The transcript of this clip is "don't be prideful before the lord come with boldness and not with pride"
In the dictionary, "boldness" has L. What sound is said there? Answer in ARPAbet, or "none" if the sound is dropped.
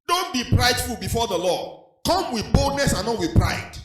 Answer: L